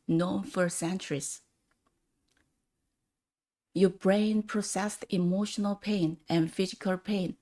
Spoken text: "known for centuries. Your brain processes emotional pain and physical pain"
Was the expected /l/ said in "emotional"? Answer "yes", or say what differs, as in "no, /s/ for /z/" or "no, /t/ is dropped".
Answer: yes